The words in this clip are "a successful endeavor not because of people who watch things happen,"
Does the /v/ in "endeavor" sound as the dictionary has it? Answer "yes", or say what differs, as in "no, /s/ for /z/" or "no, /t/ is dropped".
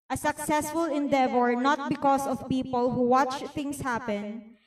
yes